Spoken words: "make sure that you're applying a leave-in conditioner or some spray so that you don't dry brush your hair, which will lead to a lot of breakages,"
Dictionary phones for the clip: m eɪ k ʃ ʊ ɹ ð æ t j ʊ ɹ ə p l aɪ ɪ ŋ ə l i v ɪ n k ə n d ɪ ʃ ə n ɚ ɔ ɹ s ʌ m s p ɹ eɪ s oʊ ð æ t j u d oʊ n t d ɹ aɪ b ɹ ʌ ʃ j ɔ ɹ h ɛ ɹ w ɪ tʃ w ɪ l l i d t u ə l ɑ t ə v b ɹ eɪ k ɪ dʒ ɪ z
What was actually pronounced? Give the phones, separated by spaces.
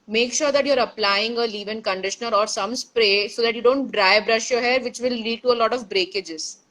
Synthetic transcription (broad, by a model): m eɪ k ʃ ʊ ɹ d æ t j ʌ ɹ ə p l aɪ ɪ ŋ ə l i v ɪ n k ə n d ɪ ʃ ə n ɚ ɔ ɹ s ʌ m s p ɹ eɪ s oʊ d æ t j u d oʊ n t d ɹ aɪ b ɹ ʌ ʃ j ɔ h ɛ ɹ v ɪ tʃ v ɪ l l i d t u ə l ɑ t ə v b ɹ eɪ k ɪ dʒ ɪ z